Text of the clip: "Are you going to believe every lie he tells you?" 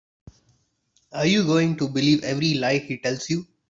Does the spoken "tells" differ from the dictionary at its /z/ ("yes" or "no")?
yes